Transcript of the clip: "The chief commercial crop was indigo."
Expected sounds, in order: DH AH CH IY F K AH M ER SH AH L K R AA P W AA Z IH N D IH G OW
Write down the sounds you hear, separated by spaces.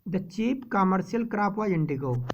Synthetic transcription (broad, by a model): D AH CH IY P K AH M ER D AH L K R AA P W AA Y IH N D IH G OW